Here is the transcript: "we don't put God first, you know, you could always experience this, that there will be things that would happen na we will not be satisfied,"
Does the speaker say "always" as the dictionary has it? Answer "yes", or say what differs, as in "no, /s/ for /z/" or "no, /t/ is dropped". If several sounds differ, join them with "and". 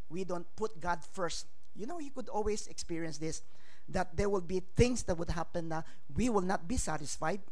no, /s/ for /z/